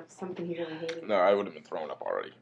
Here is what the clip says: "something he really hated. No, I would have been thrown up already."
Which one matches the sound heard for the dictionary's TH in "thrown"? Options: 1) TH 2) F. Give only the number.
1